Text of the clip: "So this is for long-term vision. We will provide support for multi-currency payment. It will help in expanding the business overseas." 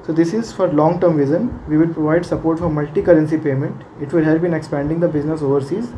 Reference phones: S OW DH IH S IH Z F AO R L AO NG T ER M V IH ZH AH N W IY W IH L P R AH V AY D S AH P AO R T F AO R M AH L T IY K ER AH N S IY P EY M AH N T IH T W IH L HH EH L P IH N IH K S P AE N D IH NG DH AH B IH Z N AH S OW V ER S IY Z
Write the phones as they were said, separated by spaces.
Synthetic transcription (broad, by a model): S OW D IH S IH Z F AO R L AO NG T ER M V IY Z AH N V IY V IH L P R AH V AY D S AH P AO R T F AO R M AH L T IY K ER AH N S IY P EY M AH N T IH T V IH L HH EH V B IH N IH K S P AE N D IH NG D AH B IH Z N AH S OW V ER S IY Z